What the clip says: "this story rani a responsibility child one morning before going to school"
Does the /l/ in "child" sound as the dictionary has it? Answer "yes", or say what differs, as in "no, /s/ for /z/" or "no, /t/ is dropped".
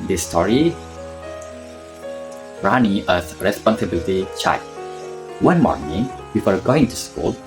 no, /l/ is dropped